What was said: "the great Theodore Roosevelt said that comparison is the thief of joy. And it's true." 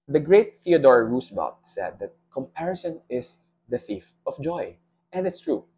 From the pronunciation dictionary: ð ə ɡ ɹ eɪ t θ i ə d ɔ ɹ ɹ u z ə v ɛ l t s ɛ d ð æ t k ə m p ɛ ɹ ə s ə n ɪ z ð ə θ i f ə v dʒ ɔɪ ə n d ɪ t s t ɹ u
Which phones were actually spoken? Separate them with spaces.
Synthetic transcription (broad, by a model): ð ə ɡ ɹ eɪ t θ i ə d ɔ ɹ ɹ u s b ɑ t s ɛ d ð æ t k ə m p ɛ ɹ ə s ə n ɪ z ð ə θ i f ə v dʒ ɔɪ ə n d ɪ t s t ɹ u